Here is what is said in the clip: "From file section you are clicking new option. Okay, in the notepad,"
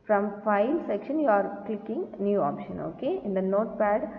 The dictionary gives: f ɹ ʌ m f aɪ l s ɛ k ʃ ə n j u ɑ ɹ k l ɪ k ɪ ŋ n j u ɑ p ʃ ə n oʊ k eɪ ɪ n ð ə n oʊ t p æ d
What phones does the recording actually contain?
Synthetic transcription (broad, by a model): f ɹ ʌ m f aɪ l s ɛ k ʃ ə n j u ɑ ɹ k l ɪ k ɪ ŋ n j u ɑ p ʃ ə n oʊ k eɪ ɪ n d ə n oʊ t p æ d